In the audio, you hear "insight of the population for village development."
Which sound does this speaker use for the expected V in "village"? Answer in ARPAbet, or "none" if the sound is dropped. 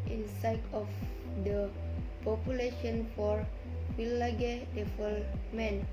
W